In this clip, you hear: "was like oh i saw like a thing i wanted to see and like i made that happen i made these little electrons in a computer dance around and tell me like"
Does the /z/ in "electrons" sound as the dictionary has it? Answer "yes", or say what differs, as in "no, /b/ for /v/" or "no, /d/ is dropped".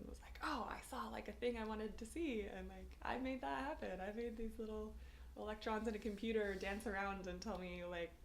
yes